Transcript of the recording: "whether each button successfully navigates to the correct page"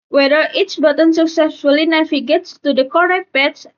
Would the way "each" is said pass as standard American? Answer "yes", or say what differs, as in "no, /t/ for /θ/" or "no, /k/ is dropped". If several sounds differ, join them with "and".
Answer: no, /s/ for /tʃ/